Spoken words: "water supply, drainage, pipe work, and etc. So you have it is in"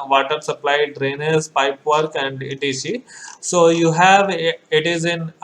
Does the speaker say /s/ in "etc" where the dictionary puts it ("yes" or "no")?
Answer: no